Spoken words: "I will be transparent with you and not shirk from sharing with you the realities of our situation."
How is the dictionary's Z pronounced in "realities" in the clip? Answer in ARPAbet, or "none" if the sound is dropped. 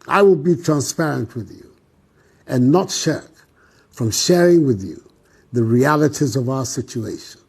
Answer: Z